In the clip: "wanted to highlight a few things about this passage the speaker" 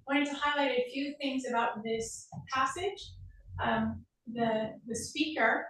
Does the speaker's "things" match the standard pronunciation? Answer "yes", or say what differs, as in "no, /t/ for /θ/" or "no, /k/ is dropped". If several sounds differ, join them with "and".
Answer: yes